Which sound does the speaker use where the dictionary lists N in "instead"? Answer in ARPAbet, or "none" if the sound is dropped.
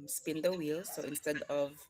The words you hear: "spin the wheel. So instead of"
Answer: N